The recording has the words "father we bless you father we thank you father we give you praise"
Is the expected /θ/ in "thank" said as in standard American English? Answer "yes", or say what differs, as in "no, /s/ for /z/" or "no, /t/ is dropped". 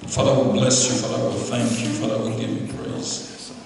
yes